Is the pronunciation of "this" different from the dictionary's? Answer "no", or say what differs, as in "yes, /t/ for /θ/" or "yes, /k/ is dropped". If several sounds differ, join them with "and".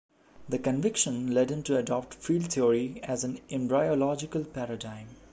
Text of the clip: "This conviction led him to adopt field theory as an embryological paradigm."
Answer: yes, /s/ is dropped